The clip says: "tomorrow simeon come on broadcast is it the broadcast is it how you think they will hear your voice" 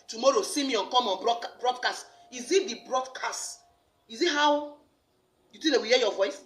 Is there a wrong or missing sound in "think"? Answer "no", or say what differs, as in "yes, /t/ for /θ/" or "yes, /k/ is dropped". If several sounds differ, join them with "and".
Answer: yes, /t/ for /θ/